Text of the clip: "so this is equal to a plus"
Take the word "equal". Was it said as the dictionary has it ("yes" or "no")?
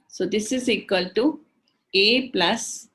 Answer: yes